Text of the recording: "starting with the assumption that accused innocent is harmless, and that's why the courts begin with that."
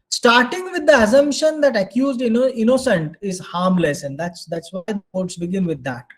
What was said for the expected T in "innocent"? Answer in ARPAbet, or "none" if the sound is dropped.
T